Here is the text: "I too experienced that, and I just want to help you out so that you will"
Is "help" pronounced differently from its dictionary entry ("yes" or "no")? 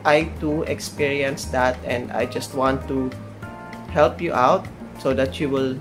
no